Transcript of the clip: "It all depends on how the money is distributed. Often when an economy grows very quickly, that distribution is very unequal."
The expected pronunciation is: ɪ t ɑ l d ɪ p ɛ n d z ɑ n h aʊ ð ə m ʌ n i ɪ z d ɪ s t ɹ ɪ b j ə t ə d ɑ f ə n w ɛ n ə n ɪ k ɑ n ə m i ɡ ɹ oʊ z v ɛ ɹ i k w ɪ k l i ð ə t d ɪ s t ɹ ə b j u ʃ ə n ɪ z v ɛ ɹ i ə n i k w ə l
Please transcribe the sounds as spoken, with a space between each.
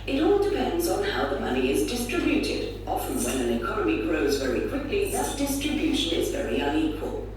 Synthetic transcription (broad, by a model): ɪ t ɑ l d ɪ p ɛ n d z n h aʊ ð ə m ʌ n i ɪ z d ɪ s t ɹ ɪ b j ə t ə d ɑ f ə n w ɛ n ə n ɪ k ɑ n ə m i ɡ ɹ oʊ z v ɛ ɹ i k w ɪ k l i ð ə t d ɪ s t ɹ ə b j u ʃ ə n ɪ z v ɛ ɹ i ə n i k w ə l